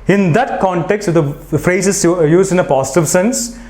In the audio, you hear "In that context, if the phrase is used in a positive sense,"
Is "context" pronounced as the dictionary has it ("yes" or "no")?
yes